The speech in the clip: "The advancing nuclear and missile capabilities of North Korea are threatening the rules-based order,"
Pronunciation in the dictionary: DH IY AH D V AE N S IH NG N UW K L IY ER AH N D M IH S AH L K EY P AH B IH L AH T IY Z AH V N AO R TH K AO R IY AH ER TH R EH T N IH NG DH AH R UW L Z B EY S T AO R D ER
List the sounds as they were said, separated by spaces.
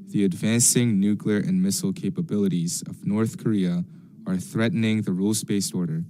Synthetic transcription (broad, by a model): DH IY AH D V AE N S IH NG N UW K L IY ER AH N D M IH S L K EY P AH B IH L AH T IY Z AH V N AO R TH K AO R IY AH ER TH R EH T N IH NG DH AH R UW L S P EY S AO R D ER